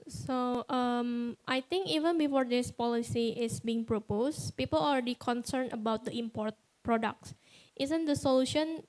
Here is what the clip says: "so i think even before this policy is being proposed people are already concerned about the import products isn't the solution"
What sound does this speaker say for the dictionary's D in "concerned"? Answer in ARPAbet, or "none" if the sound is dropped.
none